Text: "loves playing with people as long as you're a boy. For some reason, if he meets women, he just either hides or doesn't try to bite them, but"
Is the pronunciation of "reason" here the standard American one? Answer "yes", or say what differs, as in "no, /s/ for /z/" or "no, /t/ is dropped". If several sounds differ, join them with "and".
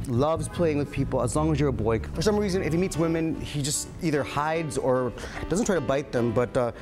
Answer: yes